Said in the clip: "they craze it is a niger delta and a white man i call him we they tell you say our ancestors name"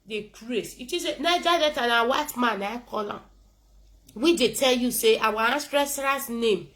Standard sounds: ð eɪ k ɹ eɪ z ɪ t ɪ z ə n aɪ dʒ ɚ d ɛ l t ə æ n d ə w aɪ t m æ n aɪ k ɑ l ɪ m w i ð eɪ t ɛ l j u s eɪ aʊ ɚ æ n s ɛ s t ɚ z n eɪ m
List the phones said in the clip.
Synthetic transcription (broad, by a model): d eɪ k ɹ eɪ s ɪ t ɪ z ə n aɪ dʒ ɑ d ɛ t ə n ə w aɪ t m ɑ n aɪ k ɑ l ɪ m w i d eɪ t ɛ l j u s eɪ aʊ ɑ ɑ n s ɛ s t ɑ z n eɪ m